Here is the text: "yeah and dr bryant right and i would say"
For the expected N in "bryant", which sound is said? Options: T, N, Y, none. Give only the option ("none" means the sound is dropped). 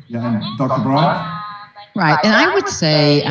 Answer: none